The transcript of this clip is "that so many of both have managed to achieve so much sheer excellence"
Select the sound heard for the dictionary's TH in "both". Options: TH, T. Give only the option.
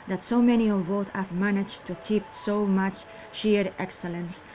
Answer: T